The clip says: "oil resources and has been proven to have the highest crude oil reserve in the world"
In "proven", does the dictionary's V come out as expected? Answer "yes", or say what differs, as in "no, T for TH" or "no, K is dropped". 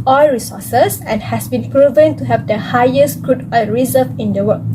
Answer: yes